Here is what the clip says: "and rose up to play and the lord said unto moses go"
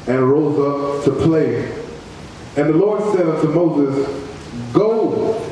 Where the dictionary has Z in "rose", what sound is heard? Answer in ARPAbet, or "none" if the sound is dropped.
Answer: Z